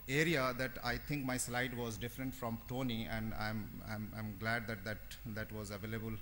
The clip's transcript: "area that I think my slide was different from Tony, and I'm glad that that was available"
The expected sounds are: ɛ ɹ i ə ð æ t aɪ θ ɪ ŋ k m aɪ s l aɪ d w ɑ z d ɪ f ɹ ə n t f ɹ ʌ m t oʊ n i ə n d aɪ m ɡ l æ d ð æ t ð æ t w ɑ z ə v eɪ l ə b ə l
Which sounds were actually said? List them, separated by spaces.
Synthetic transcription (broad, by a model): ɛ ɹ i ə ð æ t aɪ t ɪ ŋ k m aɪ s l aɪ d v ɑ z d ɪ f ɹ ə n t f ɹ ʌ m t oʊ n i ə n d aɪ m ɡ l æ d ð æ t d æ t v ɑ z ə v eɪ l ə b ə l